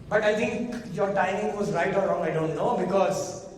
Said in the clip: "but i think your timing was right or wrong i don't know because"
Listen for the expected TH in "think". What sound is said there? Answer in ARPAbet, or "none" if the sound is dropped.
T